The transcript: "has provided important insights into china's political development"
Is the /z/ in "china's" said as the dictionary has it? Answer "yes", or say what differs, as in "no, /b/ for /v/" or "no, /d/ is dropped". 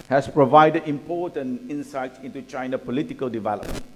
no, /z/ is dropped